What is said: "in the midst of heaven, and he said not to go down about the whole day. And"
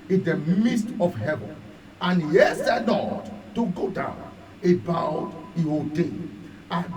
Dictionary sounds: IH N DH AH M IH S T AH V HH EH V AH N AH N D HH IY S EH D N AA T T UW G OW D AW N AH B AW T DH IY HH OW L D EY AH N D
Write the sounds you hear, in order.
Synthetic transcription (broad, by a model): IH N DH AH M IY S T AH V HH EH V AH N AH N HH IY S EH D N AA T T UW G OW D AW N AH B AW T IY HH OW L D EY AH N